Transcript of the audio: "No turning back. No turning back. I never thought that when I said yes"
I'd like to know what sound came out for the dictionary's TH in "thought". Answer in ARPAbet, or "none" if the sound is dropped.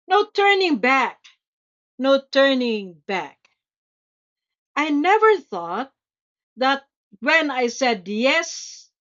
TH